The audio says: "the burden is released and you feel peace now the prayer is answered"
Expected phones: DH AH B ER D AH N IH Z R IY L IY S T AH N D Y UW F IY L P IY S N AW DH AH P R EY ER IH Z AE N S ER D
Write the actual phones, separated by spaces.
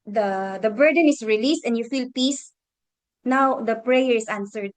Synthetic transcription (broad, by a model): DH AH B ER D AH N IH S R IY L IY S T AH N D Y UW F IY L P IY S N AW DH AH P R EY ER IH S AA N S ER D